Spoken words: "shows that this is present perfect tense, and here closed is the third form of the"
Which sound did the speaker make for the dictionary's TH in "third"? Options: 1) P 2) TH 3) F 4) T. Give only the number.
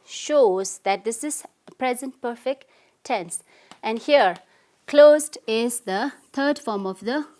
4